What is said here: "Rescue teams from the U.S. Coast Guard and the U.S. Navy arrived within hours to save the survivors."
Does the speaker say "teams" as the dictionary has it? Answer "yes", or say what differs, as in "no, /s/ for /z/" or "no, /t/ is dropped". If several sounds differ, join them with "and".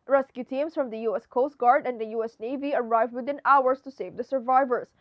no, /s/ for /z/